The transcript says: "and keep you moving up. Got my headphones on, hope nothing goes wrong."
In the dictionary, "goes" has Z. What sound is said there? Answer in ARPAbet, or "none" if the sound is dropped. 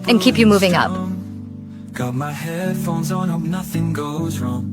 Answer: Z